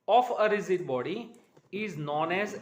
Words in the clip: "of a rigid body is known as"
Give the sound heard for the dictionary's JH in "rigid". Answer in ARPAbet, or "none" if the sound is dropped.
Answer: Z